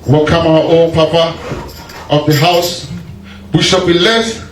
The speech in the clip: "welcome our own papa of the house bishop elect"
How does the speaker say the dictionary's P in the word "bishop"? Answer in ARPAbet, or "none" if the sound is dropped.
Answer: B